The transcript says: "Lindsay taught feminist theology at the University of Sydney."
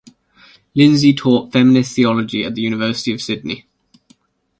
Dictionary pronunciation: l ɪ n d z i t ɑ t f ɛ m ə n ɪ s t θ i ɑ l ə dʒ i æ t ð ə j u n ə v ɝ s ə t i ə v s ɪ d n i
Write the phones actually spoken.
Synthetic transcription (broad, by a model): l ɪ n z i t ɑ t f ɛ m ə n ɪ s θ i ɑ l ə dʒ i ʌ t ð ə j u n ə v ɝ s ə t i ə v s ɪ d n i